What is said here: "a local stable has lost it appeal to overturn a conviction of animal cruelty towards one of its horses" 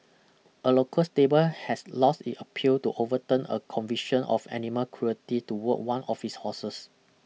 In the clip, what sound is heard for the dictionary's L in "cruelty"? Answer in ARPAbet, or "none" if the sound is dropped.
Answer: none